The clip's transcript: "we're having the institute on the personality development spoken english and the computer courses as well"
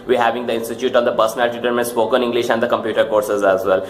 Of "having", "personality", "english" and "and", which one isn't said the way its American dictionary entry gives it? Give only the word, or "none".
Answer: none